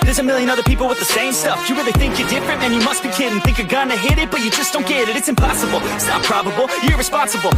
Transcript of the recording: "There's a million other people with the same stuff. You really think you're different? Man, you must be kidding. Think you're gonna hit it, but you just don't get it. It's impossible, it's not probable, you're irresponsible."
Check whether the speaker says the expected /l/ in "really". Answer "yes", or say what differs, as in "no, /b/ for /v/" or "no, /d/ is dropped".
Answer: no, /n/ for /l/